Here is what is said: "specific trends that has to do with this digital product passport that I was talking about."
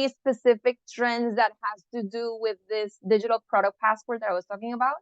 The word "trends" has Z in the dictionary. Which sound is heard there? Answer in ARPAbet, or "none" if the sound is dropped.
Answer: Z